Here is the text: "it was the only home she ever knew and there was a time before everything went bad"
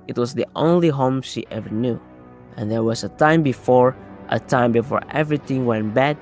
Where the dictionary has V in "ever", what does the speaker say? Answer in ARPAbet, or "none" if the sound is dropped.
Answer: V